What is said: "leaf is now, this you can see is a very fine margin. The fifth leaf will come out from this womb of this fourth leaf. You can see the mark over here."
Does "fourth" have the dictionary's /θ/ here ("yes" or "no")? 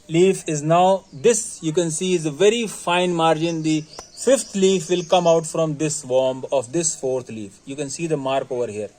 no